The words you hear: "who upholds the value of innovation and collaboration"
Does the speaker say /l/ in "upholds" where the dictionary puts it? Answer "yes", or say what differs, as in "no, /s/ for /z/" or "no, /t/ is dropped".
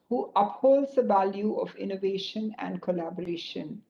yes